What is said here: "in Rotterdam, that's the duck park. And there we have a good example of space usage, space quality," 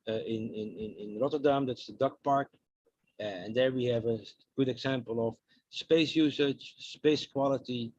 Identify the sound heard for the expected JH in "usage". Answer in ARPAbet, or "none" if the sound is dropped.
CH